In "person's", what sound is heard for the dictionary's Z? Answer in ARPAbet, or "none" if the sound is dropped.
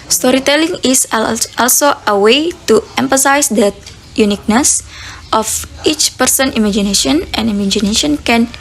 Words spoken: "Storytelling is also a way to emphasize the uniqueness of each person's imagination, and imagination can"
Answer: none